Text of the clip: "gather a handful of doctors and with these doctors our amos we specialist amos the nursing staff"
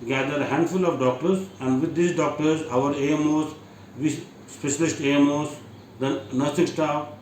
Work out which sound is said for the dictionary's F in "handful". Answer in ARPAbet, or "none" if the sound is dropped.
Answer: F